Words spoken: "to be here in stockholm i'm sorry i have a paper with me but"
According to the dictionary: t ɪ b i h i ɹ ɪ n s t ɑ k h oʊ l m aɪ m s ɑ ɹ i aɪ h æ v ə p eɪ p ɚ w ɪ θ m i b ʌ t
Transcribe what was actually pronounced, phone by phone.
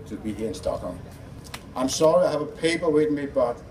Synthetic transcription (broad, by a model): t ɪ b i h i ɹ ɪ n s t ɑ k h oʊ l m aɪ m s ɑ ɹ i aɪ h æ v ə p eɪ p ɚ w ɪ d m i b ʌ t